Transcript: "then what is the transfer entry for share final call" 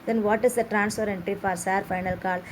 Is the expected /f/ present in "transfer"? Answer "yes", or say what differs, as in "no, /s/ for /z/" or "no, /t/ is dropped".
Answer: no, /p/ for /f/